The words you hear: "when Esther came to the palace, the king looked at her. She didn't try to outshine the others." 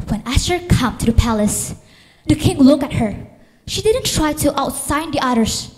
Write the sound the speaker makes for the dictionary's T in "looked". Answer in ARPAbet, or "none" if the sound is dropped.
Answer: none